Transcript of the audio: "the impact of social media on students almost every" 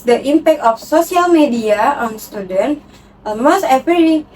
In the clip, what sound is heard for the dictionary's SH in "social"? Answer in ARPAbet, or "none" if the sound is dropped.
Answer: S